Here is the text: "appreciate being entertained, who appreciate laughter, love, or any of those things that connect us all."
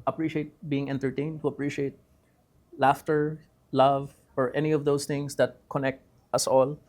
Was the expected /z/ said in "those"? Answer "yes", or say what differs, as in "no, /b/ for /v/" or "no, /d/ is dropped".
no, /s/ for /z/